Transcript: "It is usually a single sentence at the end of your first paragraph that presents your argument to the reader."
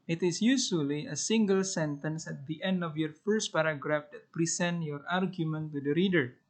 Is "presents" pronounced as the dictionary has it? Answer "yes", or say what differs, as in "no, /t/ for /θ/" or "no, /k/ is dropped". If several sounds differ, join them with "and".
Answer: no, /s/ is dropped